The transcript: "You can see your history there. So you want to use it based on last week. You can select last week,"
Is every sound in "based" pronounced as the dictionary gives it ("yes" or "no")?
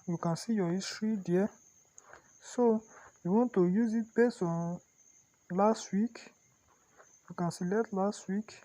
no